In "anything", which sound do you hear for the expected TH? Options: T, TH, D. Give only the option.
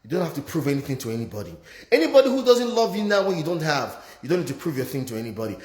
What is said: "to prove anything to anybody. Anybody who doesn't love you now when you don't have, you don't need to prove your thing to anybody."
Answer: TH